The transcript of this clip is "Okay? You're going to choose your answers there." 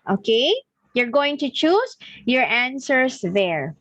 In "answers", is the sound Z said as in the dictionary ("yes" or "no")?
no